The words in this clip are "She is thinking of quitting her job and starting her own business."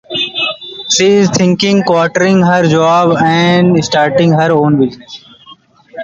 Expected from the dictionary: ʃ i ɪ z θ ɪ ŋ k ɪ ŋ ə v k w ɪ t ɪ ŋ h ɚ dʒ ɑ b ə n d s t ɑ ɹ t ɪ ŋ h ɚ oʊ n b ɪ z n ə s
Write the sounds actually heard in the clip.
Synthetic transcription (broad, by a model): ʃ i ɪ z t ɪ ŋ k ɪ ŋ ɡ k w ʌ t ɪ ŋ h ɚ dʒ ɑ b ə n d s t ɑ ɹ t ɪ ŋ h ɚ oʊ n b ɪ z n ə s